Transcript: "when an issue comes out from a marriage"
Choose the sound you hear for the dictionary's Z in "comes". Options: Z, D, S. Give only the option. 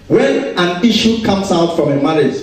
S